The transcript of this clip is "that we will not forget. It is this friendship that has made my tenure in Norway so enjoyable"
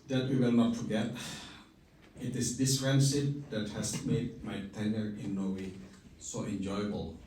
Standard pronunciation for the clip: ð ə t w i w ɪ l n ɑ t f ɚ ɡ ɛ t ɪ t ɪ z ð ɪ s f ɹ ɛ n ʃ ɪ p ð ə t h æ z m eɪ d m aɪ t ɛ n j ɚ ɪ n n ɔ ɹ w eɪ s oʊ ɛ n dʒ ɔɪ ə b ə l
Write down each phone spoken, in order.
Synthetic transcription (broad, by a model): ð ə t w i w ɪ l n ɑ t f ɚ ɡ ɛ t ɪ t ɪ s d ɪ s ɹ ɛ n s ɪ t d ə t h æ s m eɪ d m aɪ t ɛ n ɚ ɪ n n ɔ w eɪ s oʊ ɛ n dʒ ɔɪ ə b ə l